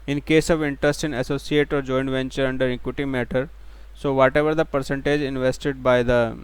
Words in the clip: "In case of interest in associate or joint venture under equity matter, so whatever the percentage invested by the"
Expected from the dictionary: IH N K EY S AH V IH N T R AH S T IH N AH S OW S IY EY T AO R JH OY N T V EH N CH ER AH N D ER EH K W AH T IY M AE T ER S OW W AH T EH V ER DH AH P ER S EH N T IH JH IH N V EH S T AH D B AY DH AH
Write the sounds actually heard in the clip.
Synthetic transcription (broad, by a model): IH N K EY S AH V IH N T R AH S T IH N AH S OW S IY EY T AO R JH OY N V EH N CH ER AH N D ER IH K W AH T IY M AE T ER S OW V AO T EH V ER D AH P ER S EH N T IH JH IH N V EH S T AH D B AY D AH